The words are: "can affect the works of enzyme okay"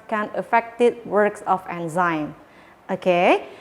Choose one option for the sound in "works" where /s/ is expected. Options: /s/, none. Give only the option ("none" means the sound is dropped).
/s/